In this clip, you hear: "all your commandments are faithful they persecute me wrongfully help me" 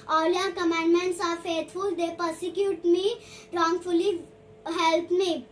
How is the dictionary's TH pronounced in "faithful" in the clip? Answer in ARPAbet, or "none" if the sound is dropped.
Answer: T